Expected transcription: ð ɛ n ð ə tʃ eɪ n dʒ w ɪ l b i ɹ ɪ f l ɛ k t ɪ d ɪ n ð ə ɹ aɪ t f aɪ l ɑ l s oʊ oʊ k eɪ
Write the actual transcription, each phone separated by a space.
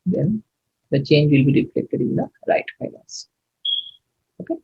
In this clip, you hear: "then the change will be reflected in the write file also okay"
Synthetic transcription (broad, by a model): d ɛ n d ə tʃ eɪ n dʒ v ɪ l b i ɹ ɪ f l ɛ k t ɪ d ɪ n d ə ɹ aɪ t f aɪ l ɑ n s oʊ oʊ k eɪ